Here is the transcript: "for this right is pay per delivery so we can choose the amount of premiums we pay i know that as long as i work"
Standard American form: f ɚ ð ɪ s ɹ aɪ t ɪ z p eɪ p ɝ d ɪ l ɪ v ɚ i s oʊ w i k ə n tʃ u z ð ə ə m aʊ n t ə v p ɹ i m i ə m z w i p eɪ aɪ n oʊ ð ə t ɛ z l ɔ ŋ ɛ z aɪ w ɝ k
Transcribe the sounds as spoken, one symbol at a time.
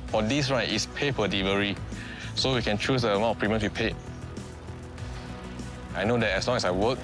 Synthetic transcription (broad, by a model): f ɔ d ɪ s ɹ aɪ t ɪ s p eɪ f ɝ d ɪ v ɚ i s oʊ w i k ə n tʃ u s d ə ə m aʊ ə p ɹ i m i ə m s w i p eɪ aɪ n oʊ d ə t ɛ s l ɔ ŋ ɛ s aɪ w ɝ k